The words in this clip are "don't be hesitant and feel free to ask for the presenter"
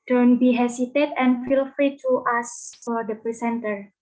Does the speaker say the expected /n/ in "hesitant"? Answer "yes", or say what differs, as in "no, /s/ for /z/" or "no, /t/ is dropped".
no, /n/ is dropped